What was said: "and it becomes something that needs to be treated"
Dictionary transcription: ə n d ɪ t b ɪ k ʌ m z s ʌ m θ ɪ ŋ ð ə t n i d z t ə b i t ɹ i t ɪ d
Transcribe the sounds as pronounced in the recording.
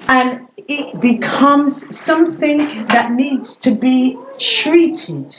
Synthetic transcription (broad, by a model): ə n ɪ t b ɪ k ʌ m z s ʌ m θ ɪ ŋ ð ə t n i d z t ə b i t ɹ i t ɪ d